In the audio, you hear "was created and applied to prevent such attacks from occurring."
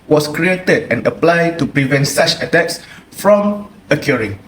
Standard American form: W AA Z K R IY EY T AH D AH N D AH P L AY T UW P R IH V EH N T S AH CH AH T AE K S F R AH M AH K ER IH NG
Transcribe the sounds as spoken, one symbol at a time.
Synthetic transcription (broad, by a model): W AA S K R IY EY T AH D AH N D AH P L AY T UW P R IH V EH N T S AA CH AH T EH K S F R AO M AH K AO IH NG